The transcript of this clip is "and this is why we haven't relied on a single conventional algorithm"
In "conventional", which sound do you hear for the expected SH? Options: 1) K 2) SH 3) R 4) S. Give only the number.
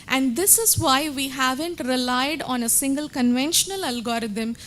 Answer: 2